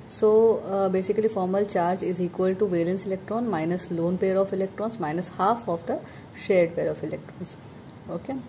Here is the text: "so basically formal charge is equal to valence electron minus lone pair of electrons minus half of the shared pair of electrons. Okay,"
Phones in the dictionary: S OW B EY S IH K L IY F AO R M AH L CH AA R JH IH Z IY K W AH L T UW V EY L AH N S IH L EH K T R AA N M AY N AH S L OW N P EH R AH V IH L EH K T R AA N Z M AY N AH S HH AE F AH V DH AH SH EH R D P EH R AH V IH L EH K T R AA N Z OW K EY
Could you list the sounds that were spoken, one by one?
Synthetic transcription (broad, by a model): S OW B EY S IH K L IY F AO R M AH L CH AA R JH IH Z IY K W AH L T UW V EY L AH N S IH L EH K T R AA N M AY N AH S L OW N P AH R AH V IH L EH K T R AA N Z M AY N AH S HH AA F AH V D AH SH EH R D P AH R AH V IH L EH K T R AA N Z OW K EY